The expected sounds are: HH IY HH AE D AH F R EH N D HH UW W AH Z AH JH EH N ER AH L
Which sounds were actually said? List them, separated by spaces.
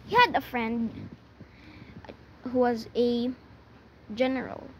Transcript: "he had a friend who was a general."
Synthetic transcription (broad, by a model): HH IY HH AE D AH F R EH N D HH UW W AH Z AH JH EH N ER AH L